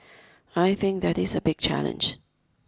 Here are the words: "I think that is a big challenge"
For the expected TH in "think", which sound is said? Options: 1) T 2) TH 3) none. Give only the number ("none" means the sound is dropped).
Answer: 2